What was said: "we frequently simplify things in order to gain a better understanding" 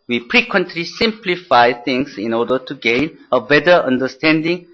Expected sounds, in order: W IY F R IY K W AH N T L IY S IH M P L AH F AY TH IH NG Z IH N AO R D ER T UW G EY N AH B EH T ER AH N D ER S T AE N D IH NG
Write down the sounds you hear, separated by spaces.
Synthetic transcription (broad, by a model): W IY P R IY K W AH N T L IY S IH M P L AH F AY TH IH NG S IH N AO D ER T UW G EY N AH B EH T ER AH N D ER S T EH N D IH NG